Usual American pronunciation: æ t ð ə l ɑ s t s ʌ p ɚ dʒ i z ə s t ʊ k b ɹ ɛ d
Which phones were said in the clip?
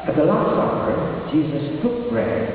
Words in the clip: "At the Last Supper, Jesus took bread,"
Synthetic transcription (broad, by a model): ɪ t ð ə l ɑ s t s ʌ ɚ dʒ i z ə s t ʊ k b ɹ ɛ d